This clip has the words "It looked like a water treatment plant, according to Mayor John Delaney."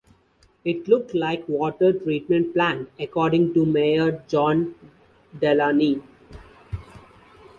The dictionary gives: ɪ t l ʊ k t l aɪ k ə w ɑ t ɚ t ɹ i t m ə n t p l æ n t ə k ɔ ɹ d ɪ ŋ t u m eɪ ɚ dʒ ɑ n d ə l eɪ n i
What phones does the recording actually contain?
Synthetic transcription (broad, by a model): ɪ t l ʊ k t l aɪ k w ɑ t ɚ t ɹ i t m ə n t p l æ n ə k ɔ ɹ d ɪ ŋ t u m eɪ ɚ dʒ ɑ n d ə l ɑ n i